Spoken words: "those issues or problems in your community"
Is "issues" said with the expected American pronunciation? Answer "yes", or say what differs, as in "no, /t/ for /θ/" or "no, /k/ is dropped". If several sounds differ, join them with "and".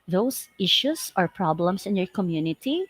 no, /s/ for /z/